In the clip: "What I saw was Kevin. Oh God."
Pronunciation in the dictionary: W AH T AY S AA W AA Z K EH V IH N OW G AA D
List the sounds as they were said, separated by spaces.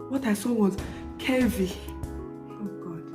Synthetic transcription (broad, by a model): W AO T AY S AA W AA Z K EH V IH OW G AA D